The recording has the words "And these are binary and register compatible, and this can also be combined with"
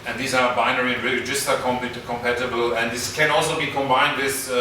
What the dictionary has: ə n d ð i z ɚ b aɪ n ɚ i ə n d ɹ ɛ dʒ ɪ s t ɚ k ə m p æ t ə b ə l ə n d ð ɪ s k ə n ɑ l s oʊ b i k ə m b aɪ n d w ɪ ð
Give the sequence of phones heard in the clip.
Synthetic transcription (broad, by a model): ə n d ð i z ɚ b aɪ n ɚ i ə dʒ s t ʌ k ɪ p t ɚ k ə m p æ t ə b ə l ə n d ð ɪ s k ə n ɑ l s oʊ b i k ə m b aɪ n d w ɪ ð